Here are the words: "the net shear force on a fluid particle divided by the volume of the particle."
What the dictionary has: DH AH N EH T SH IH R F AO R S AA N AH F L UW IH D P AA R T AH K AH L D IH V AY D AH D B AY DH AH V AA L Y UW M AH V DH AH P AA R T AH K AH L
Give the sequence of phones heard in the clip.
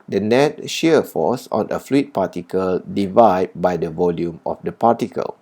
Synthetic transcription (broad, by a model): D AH N EH T SH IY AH F AO S AA N AH F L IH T P AA T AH K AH L D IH V AY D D B AY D AH V AA L Y UW M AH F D AH P AA T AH K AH L